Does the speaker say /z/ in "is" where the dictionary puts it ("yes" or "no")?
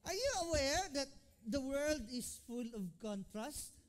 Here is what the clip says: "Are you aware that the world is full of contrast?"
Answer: no